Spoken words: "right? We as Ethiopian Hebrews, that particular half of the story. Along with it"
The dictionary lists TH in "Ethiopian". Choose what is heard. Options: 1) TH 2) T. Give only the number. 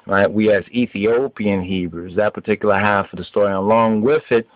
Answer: 1